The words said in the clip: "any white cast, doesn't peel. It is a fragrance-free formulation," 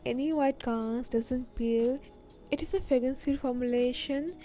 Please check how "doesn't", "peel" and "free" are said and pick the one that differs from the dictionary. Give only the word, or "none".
free